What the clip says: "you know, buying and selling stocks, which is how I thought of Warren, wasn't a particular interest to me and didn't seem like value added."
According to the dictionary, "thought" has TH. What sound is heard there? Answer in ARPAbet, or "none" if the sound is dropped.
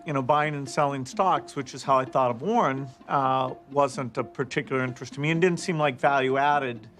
TH